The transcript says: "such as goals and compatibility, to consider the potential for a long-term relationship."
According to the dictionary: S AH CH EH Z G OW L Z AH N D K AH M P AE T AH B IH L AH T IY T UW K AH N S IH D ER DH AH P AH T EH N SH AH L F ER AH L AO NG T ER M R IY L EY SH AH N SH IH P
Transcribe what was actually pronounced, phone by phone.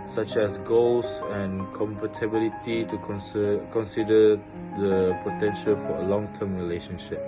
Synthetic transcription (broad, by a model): S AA CH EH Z G OW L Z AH N K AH M P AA T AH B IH L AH T IY T UW K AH N S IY D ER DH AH P AH T EH N SH AH L F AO AH L AO NG T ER M R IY L EY SH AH N SH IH P